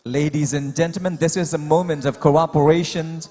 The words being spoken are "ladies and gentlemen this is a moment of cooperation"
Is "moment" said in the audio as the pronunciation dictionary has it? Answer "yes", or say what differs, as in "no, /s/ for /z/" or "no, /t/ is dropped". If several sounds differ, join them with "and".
yes